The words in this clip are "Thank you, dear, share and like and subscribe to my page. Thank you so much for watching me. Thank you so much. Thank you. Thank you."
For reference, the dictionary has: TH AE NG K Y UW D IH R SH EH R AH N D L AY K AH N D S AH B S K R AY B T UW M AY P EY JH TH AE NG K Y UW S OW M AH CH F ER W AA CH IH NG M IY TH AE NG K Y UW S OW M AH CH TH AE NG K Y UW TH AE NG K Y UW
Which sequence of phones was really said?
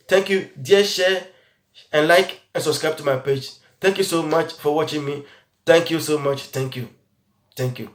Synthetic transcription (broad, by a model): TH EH NG K Y UW D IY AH SH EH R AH N L AY K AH N S AH B S K R AY B T UW M AY P EY JH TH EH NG K Y UW S OW M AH CH F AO W AA CH IH NG M IY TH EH NG K Y UW S OW M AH CH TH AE NG K Y UW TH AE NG K Y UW